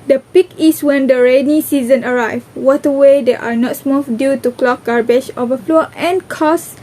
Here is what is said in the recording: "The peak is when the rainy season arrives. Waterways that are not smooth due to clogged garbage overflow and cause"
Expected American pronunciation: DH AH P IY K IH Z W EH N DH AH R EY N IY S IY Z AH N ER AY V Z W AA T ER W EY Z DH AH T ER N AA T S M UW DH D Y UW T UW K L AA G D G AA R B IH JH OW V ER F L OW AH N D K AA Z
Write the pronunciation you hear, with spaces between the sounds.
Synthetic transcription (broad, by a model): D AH P IY K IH S W EH N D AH R EY N IY S IY Z AH N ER AY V W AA T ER W EY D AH T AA N AA T S M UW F D Y UW T UW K L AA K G AA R B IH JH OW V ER F L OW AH N K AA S